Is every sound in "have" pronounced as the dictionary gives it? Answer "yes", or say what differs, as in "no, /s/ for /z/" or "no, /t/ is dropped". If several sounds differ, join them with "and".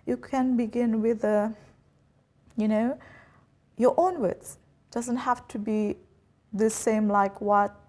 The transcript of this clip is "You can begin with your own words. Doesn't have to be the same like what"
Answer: no, /f/ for /v/